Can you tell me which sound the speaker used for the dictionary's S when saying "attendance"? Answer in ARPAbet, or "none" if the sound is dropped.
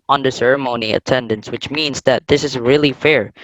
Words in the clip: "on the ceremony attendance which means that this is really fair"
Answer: S